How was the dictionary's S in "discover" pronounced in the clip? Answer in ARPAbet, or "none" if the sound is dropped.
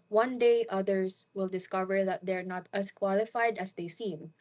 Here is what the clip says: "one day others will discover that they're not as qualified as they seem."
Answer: S